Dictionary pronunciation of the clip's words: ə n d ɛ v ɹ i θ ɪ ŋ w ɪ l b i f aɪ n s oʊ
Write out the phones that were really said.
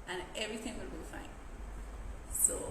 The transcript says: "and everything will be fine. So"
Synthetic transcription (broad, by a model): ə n ɛ v ɹ i θ ɪ ŋ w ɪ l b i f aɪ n s oʊ